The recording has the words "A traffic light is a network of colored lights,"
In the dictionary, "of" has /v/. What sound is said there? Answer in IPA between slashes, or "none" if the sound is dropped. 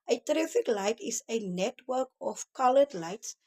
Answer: /f/